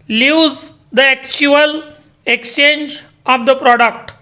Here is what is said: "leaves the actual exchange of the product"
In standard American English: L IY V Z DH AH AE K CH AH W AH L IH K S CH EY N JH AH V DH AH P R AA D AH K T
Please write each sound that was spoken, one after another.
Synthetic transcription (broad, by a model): L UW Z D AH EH K CH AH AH L IH K S CH EY N JH AH V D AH P R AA D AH K T